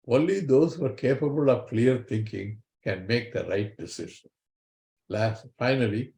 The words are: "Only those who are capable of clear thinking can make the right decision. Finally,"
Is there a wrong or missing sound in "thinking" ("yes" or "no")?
yes